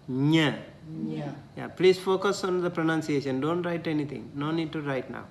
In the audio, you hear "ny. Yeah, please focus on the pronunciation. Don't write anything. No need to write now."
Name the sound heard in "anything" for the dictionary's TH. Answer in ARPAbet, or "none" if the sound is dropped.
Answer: T